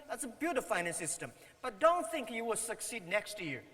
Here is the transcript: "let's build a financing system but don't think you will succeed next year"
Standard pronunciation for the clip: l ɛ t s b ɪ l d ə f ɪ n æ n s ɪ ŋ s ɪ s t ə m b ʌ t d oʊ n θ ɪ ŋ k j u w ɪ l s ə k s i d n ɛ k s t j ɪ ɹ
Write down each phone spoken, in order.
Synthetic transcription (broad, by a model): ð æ t s b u d ə f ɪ ɪ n ɪ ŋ s ɪ s t ə m b ʌ t d oʊ n θ ɪ ŋ k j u w ɪ l s ə k s i d n ɛ k s t j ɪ